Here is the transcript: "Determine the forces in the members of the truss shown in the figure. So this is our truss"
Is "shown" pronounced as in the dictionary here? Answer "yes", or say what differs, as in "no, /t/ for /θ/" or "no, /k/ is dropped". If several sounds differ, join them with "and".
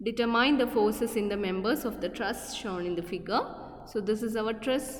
yes